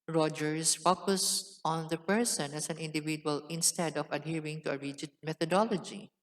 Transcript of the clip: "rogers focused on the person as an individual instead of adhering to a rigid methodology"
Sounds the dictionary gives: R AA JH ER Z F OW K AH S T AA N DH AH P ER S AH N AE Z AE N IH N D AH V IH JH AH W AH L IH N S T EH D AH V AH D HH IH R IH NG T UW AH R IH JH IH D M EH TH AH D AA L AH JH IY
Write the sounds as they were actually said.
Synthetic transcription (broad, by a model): R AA JH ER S F OW K AH S T AA N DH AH P ER S AH N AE S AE N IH N D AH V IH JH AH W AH L IH N S T EH D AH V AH D HH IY R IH NG T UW AH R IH JH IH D M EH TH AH D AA L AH JH IY